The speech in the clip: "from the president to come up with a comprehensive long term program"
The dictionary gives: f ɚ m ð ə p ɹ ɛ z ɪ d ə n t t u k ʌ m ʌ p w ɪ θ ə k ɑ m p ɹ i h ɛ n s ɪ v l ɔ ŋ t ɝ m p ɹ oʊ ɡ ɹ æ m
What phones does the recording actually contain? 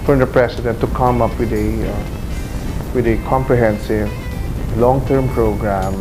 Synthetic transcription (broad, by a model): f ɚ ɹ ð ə p ɹ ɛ s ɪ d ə n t t u k ʌ m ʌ p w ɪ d ə k ɑ m p ɹ i h ɛ n s ɪ v l ɔ ŋ t ɝ m p ɹ oʊ ɡ ɹ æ m